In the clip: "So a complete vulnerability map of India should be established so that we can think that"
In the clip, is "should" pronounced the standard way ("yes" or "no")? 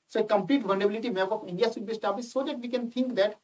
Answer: no